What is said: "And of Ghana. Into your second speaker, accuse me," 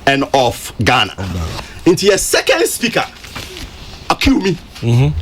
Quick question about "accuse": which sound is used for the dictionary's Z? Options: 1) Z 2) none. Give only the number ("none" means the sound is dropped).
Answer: 2